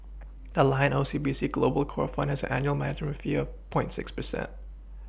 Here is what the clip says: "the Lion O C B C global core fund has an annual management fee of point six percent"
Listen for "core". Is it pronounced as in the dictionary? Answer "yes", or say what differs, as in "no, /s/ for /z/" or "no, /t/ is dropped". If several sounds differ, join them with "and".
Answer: yes